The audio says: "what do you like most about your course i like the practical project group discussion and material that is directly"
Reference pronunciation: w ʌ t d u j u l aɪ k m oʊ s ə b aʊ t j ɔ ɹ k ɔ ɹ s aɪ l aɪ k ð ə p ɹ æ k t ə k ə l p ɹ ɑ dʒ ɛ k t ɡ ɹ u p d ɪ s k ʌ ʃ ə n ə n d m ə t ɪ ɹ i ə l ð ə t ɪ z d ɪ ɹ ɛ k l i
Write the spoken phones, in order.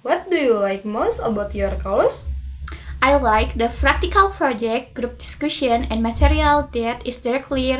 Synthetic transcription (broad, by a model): w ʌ t d u j u l aɪ k m oʊ s ə b aʊ t j ɔ ɹ k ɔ l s aɪ l aɪ k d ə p ɹ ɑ k t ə k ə l p ɹ ɑ dʒ ɛ k t ɡ ɹ u p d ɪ s k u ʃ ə n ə n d m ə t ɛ ɹ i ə l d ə t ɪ s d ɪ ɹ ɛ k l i